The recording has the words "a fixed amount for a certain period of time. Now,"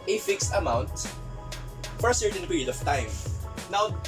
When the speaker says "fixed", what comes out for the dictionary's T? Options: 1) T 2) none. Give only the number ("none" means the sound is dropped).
1